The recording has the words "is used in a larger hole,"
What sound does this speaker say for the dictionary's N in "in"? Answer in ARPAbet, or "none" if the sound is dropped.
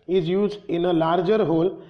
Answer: N